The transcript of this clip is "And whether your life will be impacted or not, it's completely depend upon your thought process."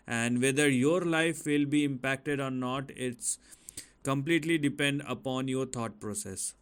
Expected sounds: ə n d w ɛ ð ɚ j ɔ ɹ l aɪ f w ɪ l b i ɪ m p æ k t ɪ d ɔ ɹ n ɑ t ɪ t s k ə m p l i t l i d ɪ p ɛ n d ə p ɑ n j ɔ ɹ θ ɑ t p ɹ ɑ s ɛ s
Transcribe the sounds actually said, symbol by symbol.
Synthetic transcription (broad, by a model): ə n d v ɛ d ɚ j ɔ ɹ l aɪ f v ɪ l b i ɪ m p æ k t ɪ d ɔ ɹ n ɑ t ɪ t s k ə m p l i t l i d ɪ p ɛ n d ə p ɑ n j ɔ ɹ t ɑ t p ɹ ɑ s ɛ s